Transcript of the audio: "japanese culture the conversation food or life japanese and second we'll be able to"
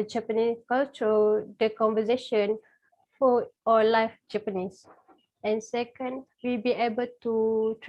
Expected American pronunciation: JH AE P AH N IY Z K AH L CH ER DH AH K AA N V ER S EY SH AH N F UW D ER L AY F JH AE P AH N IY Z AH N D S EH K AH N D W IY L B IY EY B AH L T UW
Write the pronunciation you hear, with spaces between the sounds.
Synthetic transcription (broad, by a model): JH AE P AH N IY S K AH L CH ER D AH K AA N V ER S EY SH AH N F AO AO L AY F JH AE P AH N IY S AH N S EH K AH N D W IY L B IY EY B AH L T UW